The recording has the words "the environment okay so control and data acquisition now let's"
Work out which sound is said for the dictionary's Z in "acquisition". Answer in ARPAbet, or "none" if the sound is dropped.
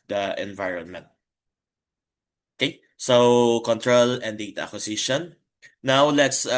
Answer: S